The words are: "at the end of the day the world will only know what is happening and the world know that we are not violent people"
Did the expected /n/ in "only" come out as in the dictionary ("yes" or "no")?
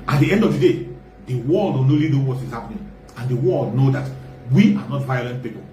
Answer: no